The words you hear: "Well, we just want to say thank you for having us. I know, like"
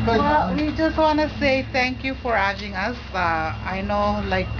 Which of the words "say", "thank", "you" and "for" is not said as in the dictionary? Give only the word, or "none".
thank